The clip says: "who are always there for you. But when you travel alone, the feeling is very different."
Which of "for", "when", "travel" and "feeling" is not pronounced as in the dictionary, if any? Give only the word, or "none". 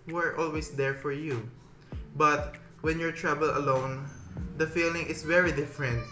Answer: travel